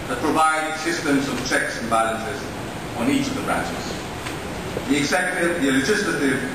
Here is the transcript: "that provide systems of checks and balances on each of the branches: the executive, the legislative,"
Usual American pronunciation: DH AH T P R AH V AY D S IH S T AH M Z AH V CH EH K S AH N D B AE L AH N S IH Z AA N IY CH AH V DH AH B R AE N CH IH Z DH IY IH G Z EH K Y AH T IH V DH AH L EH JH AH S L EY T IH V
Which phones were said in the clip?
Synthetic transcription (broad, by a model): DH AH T P R AH V AY D S IH S T AH M Z AH V CH EH K S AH N B AE L AH N S IH Z N IY CH AH V DH AH B R AE N CH IH Z DH IY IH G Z EH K Y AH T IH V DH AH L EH JH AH S L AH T IH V